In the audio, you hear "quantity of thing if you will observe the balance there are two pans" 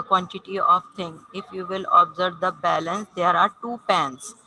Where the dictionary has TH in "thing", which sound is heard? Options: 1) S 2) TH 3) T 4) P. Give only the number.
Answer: 3